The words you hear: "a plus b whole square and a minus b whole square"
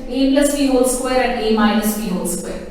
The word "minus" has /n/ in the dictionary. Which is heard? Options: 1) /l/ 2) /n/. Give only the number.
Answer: 1